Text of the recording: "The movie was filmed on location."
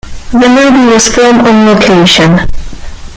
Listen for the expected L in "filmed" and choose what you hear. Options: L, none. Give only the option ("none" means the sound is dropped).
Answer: none